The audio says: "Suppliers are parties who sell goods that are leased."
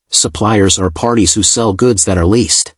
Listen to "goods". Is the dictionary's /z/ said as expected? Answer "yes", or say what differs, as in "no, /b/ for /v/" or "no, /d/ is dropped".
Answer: yes